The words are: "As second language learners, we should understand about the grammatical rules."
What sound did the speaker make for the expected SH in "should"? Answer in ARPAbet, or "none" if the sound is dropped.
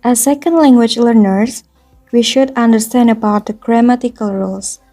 SH